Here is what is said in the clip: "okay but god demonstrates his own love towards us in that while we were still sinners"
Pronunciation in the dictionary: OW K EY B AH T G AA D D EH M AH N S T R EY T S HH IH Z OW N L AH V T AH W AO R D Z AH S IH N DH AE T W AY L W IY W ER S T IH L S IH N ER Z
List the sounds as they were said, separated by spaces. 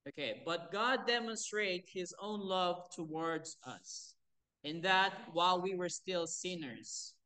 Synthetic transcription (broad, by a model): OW K EY B AH T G AA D D EH M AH N S T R EY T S HH IH Z OW N L AH V T AH W AO R D Z AH S IH N DH AE T W AY L W IY W ER S T IH L S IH N ER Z